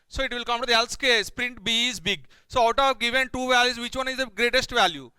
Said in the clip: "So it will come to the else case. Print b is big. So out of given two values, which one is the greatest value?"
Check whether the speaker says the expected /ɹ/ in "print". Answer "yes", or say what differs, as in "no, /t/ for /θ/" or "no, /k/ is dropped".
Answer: yes